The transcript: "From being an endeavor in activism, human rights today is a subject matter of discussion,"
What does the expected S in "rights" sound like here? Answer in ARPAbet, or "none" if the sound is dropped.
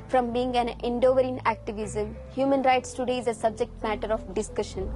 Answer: S